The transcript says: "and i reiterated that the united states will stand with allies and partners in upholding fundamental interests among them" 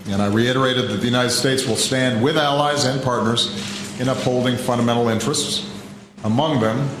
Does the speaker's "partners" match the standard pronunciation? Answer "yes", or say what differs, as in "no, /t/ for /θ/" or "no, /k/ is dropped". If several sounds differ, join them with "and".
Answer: yes